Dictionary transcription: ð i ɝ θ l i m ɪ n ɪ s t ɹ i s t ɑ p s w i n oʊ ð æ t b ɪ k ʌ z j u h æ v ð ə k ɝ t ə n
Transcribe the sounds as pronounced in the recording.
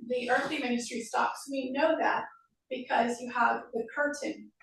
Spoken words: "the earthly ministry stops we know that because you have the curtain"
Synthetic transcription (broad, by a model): ð i ɝ θ l i m ɪ n ɪ s t ɹ i s t ɑ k s w i n oʊ ð æ t b ɪ k ʌ z j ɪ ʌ v ð ə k ɝ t n